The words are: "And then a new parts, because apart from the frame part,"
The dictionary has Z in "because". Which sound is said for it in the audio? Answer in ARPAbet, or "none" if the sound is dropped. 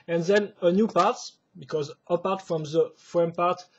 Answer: Z